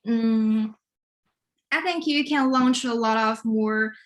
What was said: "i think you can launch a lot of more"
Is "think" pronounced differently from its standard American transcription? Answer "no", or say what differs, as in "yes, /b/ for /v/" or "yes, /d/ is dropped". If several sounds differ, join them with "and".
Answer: no